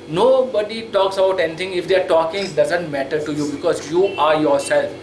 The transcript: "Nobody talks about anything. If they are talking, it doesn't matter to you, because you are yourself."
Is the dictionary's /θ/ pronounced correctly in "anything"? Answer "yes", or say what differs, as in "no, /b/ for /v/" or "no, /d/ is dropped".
no, /t/ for /θ/